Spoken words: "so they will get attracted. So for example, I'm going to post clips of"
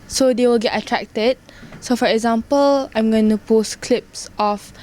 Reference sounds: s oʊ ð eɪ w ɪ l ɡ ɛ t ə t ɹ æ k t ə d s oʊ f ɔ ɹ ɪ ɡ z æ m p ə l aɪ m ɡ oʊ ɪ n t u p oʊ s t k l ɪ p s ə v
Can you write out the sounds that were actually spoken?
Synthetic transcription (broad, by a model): s oʊ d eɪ w ɪ l ɡ ɛ t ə t ɹ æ k t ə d s oʊ f ɔ ɹ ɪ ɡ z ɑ m p ə l aɪ m ɡ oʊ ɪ n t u p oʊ s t k l ɪ p s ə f